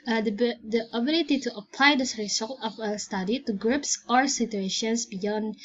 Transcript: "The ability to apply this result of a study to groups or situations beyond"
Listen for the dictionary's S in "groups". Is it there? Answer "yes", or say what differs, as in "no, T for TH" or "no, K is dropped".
yes